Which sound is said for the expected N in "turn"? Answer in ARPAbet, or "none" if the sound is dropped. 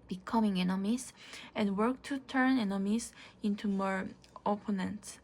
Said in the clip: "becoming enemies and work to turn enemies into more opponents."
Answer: N